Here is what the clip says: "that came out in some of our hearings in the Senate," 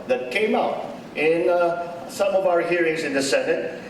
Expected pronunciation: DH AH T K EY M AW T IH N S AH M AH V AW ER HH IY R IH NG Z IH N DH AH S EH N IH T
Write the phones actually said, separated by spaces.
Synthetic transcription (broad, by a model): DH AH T K EY M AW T IH N S AH M AH V AW ER HH IY R IH NG Z IH N DH AH S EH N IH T